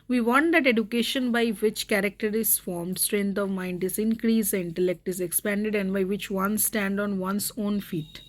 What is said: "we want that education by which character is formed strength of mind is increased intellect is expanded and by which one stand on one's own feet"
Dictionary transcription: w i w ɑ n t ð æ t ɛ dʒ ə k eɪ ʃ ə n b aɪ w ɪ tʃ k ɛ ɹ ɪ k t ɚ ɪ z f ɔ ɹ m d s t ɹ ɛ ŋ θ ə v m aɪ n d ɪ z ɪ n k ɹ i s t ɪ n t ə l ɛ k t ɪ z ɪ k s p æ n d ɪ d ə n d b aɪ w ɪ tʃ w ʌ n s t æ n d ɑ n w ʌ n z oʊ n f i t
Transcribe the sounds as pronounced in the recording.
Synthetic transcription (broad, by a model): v i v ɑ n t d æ t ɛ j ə k eɪ ʃ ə n b aɪ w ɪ tʃ k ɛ ɹ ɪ k t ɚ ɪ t f ɔ ɹ m d s t ɹ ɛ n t ə v m aɪ n d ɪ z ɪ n k ɹ i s ɪ n t ə l ɛ k t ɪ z ɪ k s p æ n d ɪ d ə n d b aɪ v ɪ tʃ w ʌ n s t æ n d ɑ n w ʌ n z oʊ n f i t